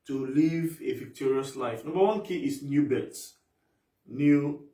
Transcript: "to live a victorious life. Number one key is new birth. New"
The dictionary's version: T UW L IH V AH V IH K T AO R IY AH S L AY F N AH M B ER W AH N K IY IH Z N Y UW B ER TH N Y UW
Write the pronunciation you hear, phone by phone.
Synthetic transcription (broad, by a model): T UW L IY V AH V IH K T AO R IY AH S L AY F N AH M B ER W AH N K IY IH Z N Y UW B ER S N Y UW